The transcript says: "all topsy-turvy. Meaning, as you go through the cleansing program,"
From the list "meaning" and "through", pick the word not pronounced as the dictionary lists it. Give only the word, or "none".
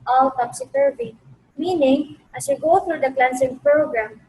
through